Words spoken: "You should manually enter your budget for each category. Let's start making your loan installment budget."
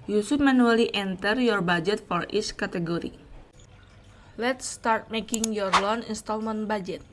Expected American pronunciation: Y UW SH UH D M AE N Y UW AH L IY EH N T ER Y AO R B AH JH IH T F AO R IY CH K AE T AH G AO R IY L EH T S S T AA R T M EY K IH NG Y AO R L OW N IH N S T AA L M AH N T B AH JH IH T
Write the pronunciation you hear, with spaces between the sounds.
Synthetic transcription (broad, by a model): Y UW S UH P M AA N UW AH L IY EH N T ER Y AO R B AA JH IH T F AO R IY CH K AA T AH G AO R IY L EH T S S T AA R T M EY K IH NG Y AO R L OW N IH N S T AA L M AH N B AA JH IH T